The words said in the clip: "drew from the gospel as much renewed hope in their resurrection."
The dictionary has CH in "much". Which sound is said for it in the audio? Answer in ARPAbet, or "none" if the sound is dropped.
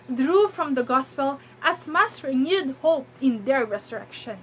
S